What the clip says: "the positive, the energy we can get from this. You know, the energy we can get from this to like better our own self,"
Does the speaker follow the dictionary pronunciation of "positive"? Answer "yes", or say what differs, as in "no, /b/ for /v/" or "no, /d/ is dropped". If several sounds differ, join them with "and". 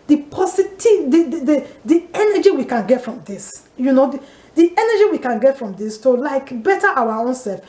no, /s/ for /z/